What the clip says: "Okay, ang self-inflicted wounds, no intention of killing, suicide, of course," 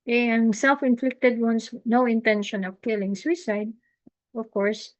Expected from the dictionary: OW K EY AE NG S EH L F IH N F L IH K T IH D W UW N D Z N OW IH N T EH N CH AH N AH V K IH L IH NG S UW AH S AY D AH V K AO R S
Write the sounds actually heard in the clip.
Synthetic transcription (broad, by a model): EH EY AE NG S EH L F IH N F L IH K T IH D W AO N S N OW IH N T EH N SH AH N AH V K IH L IH NG S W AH S AY D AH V K AO R S